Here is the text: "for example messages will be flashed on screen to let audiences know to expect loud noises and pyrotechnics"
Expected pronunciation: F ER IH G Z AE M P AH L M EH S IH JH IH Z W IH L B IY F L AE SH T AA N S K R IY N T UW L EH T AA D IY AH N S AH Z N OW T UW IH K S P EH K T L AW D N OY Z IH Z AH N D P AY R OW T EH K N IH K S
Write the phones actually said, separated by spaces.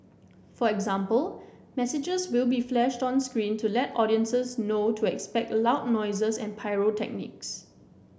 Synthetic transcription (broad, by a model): F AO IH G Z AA M P AH L M EH S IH JH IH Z W IH L B IY F L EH SH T AA N S K R IY N T UW L EH T AA D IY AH N S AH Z N OW T UW IH K S P EH K T L AW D N OY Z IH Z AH N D P AY R OW T EH K N IH K S